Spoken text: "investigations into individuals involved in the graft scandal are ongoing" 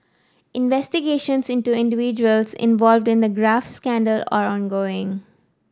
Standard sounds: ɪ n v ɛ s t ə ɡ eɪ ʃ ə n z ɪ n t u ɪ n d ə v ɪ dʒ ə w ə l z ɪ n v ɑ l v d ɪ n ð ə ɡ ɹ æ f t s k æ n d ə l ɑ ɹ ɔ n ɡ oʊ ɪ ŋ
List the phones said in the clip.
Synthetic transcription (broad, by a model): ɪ n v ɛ s t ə ɡ eɪ ʃ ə n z ɪ n t u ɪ n d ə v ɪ dʒ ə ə l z ɪ n v ɑ l v d ɪ n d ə ɡ ɹ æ f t s k æ n d ə l ɑ ɹ ɔ n ɡ oʊ ɪ ŋ